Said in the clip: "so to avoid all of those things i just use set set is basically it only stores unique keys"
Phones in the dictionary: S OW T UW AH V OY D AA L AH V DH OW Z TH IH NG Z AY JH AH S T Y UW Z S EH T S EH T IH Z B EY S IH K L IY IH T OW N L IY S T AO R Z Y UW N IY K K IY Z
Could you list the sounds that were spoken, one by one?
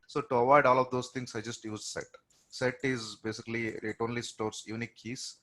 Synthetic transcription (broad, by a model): S OW T UW AH V OY D AA L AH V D OW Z T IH NG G AY JH AH S T Y UW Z S EH T S EH T IH Z B EY S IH K L IY IH T OW N L IY S T AO R S Y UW N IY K K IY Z